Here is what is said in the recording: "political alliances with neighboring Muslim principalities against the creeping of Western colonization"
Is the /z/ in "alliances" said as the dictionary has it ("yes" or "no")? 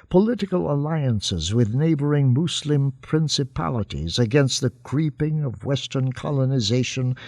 yes